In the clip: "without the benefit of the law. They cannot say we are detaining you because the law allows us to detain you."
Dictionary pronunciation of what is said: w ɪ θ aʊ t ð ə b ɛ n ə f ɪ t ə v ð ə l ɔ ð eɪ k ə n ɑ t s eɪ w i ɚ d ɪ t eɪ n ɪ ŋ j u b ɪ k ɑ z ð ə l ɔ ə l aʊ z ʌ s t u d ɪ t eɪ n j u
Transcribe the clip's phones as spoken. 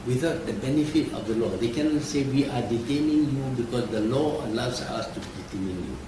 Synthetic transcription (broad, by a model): w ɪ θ aʊ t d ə b ɛ n ə f ɪ t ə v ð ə l ɔ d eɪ k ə n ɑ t s eɪ w i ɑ d ɪ t eɪ n ɪ ŋ j u b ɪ k ɑ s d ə l ɔ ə l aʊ s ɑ s t u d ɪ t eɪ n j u